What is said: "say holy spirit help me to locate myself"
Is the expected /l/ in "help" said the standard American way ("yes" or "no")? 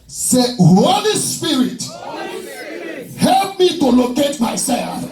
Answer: yes